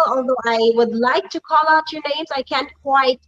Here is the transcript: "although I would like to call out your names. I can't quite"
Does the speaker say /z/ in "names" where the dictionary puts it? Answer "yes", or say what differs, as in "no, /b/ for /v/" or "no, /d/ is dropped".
yes